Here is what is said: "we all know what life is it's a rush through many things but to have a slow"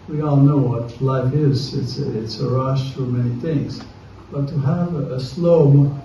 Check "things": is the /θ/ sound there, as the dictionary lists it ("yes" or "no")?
yes